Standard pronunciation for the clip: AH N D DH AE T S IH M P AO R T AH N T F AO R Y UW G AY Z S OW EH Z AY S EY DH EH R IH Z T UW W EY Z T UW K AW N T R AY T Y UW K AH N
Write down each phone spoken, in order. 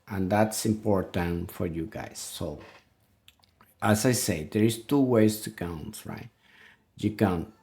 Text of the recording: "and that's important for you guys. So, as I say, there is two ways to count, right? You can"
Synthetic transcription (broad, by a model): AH N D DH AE T S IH M P AO R T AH N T F AO R Y UW G AY S OW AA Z AY S EY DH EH R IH S T UW W EY S T UW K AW N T R AY T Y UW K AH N